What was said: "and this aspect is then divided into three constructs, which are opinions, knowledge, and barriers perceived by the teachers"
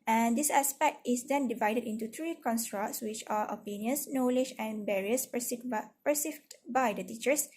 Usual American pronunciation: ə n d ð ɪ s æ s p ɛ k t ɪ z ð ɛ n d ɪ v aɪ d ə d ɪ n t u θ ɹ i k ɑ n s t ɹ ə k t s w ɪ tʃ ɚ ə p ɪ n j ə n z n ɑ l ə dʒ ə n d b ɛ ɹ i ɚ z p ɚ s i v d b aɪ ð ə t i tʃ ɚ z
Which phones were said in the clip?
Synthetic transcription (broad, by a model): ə n d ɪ s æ s p ɛ k t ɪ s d ɛ n d ɪ v aɪ d ə d ɪ n t u t ɹ i k ɑ n s t ɹ ə k t s w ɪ tʃ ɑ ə p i n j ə n s n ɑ l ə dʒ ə n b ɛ ɹ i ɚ s p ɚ s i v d b aɪ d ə t i tʃ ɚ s